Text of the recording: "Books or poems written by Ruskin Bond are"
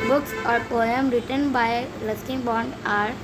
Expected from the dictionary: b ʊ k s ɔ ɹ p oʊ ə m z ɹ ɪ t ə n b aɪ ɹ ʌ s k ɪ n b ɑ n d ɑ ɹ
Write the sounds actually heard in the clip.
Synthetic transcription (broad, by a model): b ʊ k s ɔ ɹ p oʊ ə m ɹ ɪ t ə n b aɪ l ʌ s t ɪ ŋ b ɑ n d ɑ ɹ